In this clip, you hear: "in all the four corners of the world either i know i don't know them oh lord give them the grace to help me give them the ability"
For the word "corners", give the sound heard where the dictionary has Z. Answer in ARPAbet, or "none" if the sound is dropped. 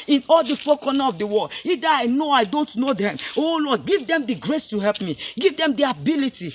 none